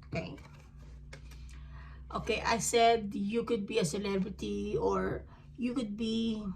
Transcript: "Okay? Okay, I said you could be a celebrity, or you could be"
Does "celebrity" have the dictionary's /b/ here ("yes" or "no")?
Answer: yes